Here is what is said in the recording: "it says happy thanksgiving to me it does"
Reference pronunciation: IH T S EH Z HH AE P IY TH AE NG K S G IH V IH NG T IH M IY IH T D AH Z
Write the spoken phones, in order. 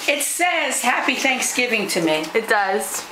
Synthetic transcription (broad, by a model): IH T S EH Z HH AE P IY TH AE NG K S G IH V IH NG T IH M IY IH T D AH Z